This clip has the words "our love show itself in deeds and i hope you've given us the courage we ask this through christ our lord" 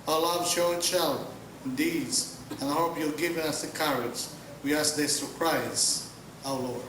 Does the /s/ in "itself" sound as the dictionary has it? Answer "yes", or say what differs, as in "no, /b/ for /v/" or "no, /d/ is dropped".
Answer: no, /ʃ/ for /s/